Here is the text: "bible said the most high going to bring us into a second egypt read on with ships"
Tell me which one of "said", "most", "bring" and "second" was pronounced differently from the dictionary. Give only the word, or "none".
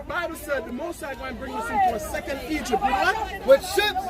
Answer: none